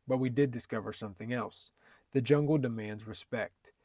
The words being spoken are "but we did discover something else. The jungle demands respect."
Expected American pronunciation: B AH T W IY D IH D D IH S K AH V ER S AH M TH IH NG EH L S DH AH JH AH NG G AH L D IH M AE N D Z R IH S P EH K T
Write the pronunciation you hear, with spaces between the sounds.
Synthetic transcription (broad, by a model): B AH T W IY D IH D D IH S K AH V ER S AH M TH IH NG EH L S DH AH JH AH NG G L D IH M AE N D Z R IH S P EH K T